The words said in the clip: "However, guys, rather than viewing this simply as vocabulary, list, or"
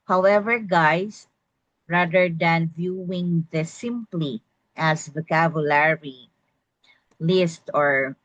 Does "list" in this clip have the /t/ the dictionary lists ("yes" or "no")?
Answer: yes